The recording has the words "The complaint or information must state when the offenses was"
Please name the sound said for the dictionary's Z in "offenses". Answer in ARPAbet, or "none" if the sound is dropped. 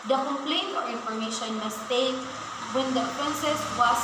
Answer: S